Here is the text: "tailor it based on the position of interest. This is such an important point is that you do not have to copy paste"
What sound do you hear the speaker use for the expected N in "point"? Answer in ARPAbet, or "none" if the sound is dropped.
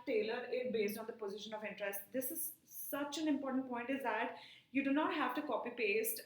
N